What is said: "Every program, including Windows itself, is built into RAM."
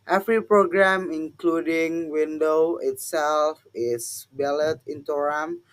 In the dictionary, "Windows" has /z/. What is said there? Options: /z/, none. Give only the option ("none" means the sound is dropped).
none